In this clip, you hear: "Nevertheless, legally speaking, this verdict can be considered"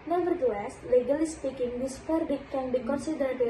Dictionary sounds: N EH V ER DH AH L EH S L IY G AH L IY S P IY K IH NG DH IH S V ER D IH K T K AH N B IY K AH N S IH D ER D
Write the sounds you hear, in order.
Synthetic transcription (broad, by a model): N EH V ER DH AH L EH S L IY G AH L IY S P IY K IH NG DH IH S P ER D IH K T K AH N B IY K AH N S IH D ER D